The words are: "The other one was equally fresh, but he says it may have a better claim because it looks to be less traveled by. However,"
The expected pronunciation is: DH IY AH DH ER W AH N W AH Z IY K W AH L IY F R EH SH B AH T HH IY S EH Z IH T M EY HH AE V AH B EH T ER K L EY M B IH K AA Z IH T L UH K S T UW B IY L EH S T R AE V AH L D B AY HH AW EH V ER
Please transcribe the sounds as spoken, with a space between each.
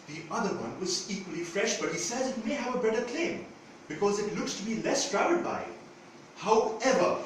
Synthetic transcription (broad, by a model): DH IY AH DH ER W AH N W AH Z IY K W AH L IY F R EH SH B AH T HH IY S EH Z IH T M EY HH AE V AH B EH T ER K L EY M B IH K AA Z IH T L UH K S T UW B IY L EH S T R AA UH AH D B AY HH AW EH V ER